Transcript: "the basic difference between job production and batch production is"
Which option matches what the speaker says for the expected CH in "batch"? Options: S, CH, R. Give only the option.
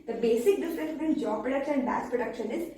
S